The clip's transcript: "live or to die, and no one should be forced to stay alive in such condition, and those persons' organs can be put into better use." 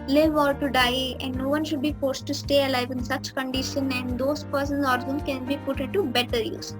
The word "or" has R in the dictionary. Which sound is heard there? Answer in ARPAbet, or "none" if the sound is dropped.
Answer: L